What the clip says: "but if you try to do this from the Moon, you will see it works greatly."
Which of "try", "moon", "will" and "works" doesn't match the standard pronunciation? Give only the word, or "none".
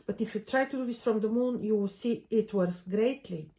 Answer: works